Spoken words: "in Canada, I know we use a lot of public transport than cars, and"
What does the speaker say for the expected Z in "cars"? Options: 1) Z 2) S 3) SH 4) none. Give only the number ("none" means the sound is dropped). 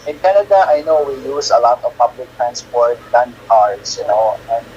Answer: 2